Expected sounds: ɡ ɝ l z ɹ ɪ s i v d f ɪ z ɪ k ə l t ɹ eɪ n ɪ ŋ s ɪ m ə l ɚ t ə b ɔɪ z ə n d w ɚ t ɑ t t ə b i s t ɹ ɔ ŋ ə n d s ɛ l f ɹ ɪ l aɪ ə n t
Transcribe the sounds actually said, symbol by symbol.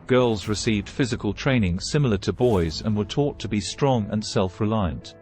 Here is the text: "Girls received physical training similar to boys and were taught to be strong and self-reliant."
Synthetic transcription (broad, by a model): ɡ ɝ l z ɹ ɪ s i v d f ɪ z ɪ k ə l t ɹ eɪ n ɪ ŋ s ɪ m l ɚ t ə b ɔɪ z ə n w ɚ t ɑ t t ə b i s t ɹ ɔ ŋ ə n s ɛ l f ɹ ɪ l aɪ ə n t